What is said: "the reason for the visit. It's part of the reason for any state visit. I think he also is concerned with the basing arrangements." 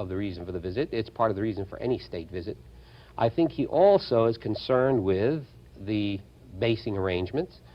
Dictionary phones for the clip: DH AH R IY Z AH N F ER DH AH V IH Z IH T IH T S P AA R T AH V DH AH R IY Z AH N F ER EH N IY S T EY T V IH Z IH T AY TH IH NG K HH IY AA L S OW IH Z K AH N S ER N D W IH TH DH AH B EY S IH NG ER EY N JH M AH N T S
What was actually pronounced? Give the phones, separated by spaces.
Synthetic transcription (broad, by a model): DH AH R IY Z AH N F ER DH AH V IH Z IH T IH T S P AA R T AH V DH AH R IY Z AH N F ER EH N IY S T EY T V IH Z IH T AY TH IH NG K HH IY AA L S OW IH Z K AH N S ER N D W IH DH AH B EY S IH NG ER EY N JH M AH N T S